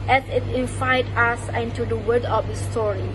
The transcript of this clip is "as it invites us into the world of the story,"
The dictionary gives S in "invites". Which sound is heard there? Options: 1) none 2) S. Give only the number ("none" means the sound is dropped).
1